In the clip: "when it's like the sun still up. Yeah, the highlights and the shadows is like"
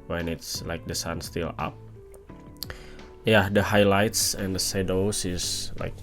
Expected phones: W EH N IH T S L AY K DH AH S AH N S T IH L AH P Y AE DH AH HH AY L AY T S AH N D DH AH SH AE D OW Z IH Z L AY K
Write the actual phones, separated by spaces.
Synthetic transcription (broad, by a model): W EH N IH T S L AY K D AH S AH N S T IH L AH P Y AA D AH HH AY L AY T S AH N D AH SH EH D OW S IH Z L AY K